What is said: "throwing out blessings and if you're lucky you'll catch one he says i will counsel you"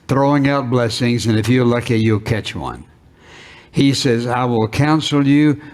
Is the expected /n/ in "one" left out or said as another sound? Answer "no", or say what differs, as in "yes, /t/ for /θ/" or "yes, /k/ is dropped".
no